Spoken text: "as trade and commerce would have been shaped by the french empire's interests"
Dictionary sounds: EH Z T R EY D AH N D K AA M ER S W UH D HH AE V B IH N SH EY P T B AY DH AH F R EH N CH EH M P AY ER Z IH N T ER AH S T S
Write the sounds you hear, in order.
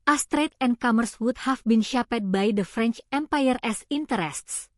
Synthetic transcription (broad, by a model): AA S T R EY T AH N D K AA M ER S W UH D HH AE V B IH N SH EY P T B AY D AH F R EH N CH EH M P AY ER S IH N T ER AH S T S